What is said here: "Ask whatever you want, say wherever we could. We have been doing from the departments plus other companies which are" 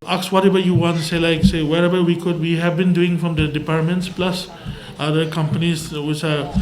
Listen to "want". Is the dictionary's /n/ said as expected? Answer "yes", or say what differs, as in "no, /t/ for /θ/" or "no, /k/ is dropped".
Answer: yes